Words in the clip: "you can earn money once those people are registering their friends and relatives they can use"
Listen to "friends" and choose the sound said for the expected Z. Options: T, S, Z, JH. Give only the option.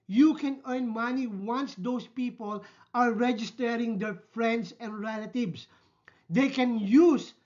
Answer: S